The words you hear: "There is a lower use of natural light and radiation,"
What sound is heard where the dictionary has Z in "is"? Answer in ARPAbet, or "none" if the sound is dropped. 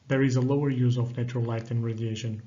Z